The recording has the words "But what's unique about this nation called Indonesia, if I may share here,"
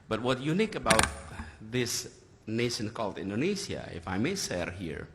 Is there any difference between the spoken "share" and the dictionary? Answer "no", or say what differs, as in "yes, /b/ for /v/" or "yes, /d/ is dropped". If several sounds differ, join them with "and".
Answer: yes, /s/ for /ʃ/